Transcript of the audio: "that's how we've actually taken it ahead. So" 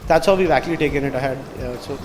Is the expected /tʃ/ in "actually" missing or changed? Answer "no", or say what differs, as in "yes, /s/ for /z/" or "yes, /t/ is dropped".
yes, /tʃ/ is dropped